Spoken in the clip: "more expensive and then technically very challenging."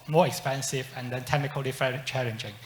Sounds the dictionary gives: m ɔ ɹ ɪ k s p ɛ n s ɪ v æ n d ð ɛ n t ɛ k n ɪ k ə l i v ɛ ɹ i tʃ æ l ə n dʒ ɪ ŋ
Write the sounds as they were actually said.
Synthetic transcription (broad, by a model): m ɔ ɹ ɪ k s p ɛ n s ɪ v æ n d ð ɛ n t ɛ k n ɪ k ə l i f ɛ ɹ tʃ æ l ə n dʒ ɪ ŋ